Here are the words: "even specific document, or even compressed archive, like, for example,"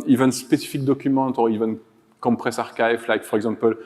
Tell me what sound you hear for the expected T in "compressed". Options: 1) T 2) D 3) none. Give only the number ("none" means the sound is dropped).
3